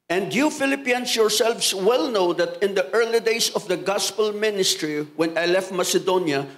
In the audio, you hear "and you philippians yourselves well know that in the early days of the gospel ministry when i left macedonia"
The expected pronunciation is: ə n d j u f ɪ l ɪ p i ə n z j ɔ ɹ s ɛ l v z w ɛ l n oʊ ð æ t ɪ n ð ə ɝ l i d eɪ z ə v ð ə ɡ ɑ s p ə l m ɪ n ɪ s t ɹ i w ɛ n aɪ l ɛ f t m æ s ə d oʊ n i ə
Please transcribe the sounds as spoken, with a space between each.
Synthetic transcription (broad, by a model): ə n d j u f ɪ l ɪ p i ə n s j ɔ ɹ s ɛ l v s w ɛ l n oʊ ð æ t ɪ n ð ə ɝ l i d eɪ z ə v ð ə ɡ ɑ s p ə l m ɪ n ɪ s t ɹ i w ɛ n aɪ l ɛ f t m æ s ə d oʊ n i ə